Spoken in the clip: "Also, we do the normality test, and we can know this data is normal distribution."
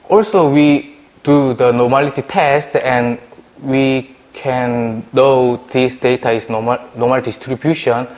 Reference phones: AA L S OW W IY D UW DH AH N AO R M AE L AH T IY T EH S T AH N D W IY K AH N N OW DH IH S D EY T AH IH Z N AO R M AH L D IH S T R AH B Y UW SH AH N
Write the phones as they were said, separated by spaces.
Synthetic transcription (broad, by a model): AA L S OW W IY D UW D AH N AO M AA L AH T IY T EH S T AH N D W IY K AH N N OW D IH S D EY T AH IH S N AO M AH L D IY S T R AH B Y UW SH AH N